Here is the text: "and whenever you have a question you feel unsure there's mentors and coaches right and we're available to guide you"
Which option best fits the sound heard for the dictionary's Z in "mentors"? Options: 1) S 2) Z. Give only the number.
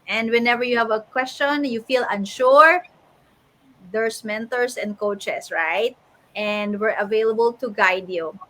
1